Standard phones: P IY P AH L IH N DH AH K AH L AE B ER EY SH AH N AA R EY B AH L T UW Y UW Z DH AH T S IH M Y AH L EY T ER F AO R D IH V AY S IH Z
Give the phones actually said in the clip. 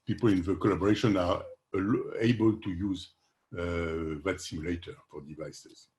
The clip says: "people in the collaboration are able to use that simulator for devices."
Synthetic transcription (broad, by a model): P IY P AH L IH N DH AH K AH L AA B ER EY SH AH N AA L EY B AH L T UW Y UW Z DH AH T S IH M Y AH L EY T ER F AO R D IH V AY S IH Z